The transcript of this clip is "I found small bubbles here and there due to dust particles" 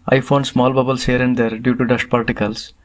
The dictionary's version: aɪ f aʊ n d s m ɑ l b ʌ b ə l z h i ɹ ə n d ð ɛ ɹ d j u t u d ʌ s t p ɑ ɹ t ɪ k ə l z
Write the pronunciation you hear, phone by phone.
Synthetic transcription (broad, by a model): aɪ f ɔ n s m ɑ l b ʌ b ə l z h i ɹ ə n d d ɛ ɹ d j u t u d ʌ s t p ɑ ɹ t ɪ k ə l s